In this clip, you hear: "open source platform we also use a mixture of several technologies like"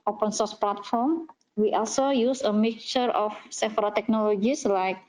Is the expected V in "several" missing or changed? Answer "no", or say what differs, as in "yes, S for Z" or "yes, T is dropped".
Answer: yes, F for V